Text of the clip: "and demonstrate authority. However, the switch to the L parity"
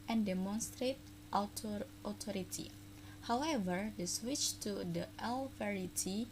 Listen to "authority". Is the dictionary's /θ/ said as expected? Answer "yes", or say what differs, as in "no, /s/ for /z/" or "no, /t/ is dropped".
no, /t/ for /θ/